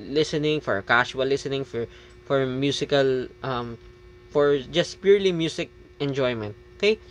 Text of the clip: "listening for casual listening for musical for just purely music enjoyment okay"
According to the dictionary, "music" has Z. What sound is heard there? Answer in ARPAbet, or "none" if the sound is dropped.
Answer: S